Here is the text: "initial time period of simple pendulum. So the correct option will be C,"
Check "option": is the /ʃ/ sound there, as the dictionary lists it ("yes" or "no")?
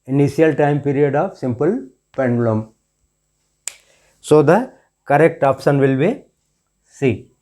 no